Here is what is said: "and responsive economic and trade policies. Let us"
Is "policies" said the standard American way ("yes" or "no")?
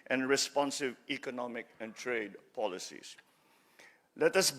no